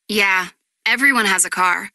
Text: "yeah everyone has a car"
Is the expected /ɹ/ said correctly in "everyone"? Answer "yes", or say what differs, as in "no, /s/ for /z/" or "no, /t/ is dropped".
yes